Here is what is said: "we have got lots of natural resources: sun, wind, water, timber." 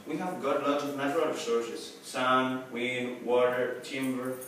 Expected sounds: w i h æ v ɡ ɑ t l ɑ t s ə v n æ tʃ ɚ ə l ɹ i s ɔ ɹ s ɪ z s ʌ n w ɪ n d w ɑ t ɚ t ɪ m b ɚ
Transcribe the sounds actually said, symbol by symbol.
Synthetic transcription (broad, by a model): w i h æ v ɡ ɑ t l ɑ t ə v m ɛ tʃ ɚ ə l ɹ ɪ s ɔ ɹ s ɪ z s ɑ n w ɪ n w ɑ t ɚ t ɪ m b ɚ